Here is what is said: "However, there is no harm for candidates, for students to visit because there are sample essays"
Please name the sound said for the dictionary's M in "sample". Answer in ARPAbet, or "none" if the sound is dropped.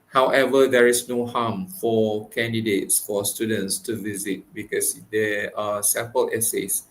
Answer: none